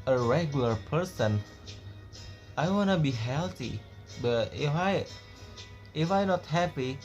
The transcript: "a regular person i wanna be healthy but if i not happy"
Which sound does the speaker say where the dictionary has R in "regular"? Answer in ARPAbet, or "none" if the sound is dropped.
R